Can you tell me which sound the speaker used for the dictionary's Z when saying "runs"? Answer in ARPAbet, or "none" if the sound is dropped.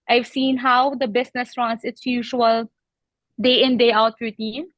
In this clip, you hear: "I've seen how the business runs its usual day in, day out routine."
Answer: S